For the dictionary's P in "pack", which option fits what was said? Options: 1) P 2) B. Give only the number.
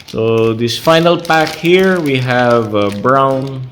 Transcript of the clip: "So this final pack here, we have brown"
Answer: 1